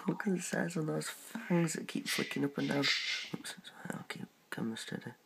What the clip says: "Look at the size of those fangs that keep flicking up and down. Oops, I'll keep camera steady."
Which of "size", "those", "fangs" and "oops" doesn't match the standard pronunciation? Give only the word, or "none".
oops